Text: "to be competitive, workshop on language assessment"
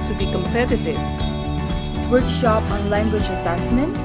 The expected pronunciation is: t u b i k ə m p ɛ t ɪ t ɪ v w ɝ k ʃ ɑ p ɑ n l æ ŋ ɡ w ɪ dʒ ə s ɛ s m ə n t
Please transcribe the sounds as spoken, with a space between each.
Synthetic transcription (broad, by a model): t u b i k ə m p ɛ t ɪ t ɪ v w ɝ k ʃ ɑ p ɑ n l æ ŋ ɡ w ɪ dʒ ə s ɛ s m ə n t